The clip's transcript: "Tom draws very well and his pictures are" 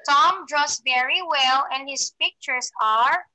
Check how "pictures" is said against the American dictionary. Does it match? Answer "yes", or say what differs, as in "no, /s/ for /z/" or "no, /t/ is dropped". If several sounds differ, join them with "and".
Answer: no, /s/ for /z/